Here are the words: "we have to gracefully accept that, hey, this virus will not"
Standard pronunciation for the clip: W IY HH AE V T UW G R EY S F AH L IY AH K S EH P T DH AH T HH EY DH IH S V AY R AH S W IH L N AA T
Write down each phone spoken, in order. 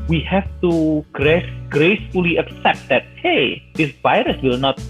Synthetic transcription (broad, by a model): W IY HH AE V T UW G R EY S F AH L IY AH K S EH P T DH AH T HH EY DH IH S V AY R AH S W IH L N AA T